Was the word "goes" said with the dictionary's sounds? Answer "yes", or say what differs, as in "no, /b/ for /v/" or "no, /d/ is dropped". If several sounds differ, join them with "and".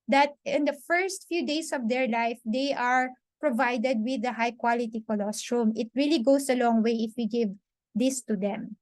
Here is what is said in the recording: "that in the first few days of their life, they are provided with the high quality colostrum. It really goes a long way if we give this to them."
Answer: no, /s/ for /z/